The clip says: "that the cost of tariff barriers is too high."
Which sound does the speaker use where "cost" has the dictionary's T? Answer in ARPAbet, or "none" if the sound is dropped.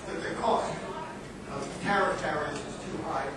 T